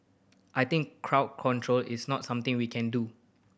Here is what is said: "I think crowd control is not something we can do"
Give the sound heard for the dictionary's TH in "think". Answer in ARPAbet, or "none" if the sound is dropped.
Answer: T